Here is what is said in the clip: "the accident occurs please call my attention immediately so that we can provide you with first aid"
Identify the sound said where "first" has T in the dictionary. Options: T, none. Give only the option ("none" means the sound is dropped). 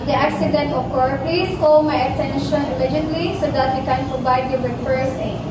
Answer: none